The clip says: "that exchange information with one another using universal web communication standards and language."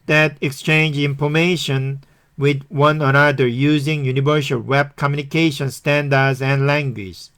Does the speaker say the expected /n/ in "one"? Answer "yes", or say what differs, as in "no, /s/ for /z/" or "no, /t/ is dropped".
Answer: yes